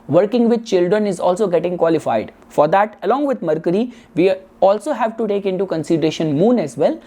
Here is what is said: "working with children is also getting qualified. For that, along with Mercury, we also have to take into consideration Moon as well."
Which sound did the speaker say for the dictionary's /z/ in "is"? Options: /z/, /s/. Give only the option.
/z/